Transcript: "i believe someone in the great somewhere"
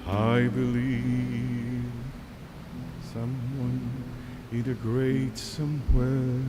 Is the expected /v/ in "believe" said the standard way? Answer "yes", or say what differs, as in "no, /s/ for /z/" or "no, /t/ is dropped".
yes